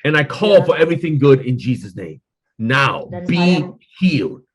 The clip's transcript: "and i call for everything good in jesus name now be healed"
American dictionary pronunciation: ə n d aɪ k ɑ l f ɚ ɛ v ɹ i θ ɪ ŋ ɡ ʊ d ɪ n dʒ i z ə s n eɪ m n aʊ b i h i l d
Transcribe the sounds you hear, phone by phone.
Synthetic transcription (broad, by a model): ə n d aɪ k ɑ l f ɚ ɛ v ɹ i θ ɪ ŋ ɡ ʊ d ɪ n dʒ i z ə s n eɪ m n aʊ b i h i l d